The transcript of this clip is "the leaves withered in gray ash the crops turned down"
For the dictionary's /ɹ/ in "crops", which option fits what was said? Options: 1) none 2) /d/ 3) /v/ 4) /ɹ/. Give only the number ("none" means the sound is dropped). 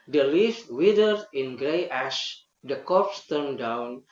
1